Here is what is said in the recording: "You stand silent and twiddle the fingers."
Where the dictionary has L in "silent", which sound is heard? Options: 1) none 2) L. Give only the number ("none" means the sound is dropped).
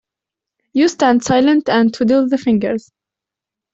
2